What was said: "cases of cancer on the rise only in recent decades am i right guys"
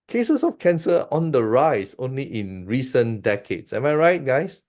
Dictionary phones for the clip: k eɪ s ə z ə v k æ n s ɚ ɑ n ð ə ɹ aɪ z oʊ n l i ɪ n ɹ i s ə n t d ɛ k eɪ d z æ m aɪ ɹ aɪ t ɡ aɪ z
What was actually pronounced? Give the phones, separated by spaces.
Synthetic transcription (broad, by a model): k eɪ s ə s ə f k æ n s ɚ ɑ n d ə ɹ aɪ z oʊ n l i ɪ n ɹ i s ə n d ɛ k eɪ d s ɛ m aɪ ɹ aɪ t ɡ aɪ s